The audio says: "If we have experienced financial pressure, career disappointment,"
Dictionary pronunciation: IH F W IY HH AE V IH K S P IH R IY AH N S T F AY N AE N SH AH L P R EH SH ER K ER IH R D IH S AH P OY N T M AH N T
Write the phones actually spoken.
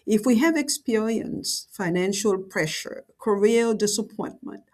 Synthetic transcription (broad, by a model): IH F W IY HH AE V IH K S P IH R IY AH N S F AY N AE N SH AH L P R EH SH ER K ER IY L D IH S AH P OY N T M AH N T